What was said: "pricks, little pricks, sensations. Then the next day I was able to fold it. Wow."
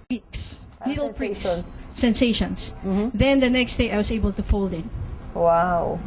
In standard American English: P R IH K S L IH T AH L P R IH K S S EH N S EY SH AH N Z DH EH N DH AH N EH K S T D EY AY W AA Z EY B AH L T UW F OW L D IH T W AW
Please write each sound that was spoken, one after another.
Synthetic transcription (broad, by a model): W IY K S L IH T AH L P R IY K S S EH N S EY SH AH N S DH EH N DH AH N EH K S T D EY AY W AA S EY B AH L T UW F OW L D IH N W AW